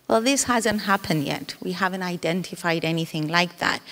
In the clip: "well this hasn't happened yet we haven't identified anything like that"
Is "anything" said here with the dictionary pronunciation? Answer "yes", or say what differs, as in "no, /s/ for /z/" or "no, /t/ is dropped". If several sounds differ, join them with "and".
yes